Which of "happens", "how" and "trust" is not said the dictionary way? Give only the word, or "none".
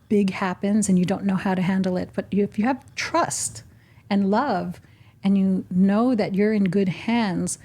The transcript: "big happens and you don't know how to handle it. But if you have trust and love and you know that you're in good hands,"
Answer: none